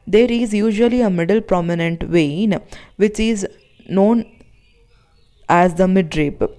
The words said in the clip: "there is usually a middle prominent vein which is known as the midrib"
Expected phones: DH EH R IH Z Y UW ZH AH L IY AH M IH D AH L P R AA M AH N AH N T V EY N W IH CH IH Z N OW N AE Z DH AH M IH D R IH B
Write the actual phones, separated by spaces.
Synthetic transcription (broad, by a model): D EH R IH Z Y UW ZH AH L IY AH M IH D AH L P R AA M AH N AH N T V EY N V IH CH IH Z N OW N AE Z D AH M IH D R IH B